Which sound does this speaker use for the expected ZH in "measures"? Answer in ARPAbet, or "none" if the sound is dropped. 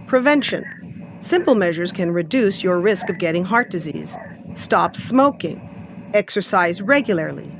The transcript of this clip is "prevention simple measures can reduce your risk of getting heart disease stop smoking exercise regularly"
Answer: ZH